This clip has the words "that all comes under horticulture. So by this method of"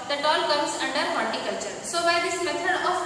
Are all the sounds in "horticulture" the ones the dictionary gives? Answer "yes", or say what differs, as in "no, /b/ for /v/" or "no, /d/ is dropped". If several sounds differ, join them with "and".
no, /l/ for /ɹ/